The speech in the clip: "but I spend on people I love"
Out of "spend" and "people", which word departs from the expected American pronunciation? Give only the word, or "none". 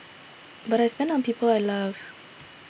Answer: spend